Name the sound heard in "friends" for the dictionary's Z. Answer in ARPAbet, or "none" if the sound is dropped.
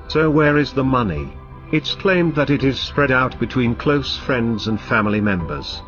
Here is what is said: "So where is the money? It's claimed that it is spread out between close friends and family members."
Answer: Z